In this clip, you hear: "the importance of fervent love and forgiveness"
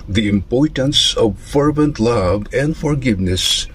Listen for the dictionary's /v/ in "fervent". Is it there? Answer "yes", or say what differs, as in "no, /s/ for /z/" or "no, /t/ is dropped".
yes